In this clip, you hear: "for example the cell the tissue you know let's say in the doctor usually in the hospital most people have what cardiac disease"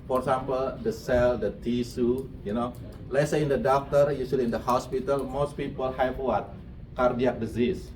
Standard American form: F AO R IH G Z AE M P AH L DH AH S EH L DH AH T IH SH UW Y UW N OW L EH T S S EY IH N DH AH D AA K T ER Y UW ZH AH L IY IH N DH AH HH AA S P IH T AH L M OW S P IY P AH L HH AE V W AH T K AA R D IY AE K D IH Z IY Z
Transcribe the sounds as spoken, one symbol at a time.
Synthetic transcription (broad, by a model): F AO R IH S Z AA M P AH L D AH S EH L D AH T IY S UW Y UW N OW L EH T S S EY IH N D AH D AA K T ER Y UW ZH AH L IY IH N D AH HH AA S P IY T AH L M OW S P IY P AH L HH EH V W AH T K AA R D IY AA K D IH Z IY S